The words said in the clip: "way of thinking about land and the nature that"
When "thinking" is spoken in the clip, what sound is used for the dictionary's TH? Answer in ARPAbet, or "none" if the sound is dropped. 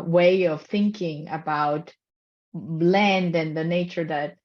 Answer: TH